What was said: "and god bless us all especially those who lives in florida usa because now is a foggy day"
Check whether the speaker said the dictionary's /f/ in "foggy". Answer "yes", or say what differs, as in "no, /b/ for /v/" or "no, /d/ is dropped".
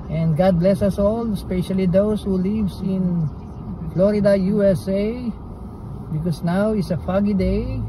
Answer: yes